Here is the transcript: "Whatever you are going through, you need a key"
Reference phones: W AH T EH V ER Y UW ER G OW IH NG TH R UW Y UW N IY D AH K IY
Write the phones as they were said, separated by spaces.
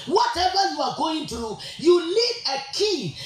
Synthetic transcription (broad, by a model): W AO T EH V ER Y UW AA G OW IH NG T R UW Y UW L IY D AH K IY